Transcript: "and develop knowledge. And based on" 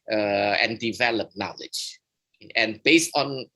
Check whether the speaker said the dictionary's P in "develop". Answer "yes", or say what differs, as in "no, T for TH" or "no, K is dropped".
yes